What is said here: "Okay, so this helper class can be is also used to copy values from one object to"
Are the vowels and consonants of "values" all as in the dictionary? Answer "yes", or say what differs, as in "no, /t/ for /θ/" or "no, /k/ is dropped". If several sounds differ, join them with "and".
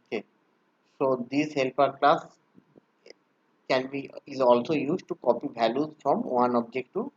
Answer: no, /b/ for /v/